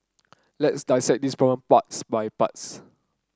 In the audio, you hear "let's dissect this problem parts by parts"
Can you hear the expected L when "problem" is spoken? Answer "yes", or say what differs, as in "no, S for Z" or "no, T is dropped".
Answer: no, L is dropped